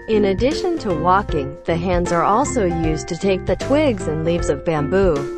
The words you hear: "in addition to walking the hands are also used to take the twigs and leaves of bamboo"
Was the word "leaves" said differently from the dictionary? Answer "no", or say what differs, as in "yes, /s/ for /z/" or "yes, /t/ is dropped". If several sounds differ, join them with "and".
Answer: no